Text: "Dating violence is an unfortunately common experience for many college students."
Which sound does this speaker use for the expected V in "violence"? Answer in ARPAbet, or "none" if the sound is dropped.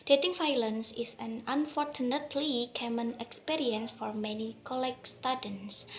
F